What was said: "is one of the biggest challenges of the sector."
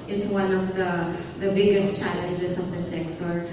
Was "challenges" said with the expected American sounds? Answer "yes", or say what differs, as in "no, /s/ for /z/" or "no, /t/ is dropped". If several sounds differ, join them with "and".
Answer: no, /s/ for /z/